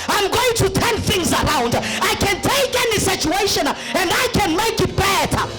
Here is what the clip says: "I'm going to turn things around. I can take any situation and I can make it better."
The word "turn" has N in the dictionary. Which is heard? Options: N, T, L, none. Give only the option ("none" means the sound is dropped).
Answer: N